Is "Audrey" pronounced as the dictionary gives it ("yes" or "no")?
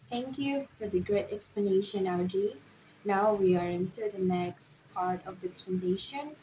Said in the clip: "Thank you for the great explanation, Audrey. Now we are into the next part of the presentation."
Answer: no